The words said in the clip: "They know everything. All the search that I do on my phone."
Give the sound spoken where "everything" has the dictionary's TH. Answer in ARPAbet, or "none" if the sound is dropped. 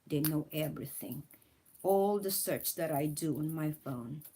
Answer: TH